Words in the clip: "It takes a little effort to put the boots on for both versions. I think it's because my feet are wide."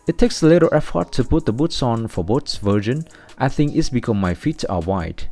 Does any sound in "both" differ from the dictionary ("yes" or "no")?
yes